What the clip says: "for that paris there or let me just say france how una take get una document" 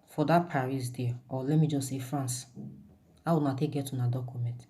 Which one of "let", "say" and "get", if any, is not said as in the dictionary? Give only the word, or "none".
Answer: none